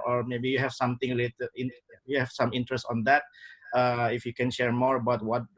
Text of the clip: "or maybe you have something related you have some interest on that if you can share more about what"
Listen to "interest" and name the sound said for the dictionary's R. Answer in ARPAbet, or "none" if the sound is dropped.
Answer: R